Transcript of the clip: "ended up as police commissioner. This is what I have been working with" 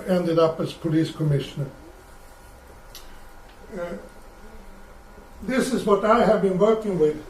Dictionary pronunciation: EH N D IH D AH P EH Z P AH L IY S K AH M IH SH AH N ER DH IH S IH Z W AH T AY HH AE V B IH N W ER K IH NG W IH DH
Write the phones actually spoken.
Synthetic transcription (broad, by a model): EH N D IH D AH P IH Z P AH L IY S K AH M IH SH AH N ER DH IH S IH Z W AH T AY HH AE V B IH N W ER K IH NG W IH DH